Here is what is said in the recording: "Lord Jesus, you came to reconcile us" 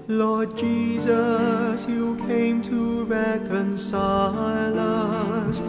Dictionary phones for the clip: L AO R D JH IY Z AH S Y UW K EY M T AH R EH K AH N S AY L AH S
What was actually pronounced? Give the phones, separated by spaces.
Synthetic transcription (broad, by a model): L AO R D JH IY Z AH S Y UW K EY M T AH R EH K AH N S AY L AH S